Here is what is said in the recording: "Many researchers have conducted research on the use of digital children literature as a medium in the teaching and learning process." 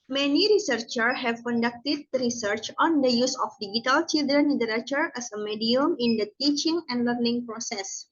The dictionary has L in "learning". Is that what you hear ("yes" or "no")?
yes